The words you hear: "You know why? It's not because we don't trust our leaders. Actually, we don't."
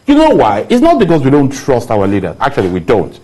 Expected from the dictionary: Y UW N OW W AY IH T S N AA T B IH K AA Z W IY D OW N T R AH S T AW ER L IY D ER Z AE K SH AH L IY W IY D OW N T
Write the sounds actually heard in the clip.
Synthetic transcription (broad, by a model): Y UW N OW W AY IH T S N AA T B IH K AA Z W IY D OW N T R AH S T AW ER L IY D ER AE K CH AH L IY W IY D OW N T